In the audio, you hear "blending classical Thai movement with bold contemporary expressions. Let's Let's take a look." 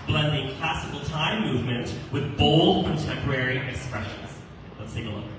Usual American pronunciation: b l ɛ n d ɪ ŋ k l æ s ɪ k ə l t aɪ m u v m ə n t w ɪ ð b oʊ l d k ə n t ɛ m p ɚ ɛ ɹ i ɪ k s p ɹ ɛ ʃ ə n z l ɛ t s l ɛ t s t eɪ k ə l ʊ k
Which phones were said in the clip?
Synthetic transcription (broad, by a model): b l ɛ n d ɪ ŋ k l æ s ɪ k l t aɪ m u v m ə n t w ɪ ð b oʊ l d k ə n t ɛ m p ɚ ɛ ɹ i ɪ k s p ɹ ɛ ʃ ə n z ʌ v s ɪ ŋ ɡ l ə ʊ